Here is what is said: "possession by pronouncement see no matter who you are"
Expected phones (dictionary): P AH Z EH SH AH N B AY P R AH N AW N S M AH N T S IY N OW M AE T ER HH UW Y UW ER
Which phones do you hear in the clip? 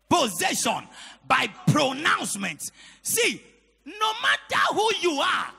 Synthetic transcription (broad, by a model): P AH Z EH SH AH N B AY P R AH N AW N S M AH N T S IY N OW M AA T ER HH UW Y UW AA